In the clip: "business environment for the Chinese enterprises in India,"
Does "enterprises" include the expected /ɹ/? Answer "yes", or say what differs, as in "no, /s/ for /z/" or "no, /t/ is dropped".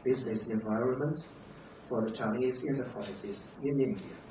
no, /l/ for /ɹ/